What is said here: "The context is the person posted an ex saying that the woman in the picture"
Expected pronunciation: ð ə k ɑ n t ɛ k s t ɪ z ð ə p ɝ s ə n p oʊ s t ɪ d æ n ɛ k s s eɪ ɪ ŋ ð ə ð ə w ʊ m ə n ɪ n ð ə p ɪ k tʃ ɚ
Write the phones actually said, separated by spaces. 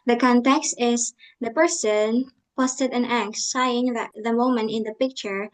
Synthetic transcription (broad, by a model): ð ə k ɑ n t ɛ k s t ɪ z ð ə p ɝ s ə n p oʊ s t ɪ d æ n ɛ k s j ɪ ŋ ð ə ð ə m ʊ m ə n ɪ n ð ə p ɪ k tʃ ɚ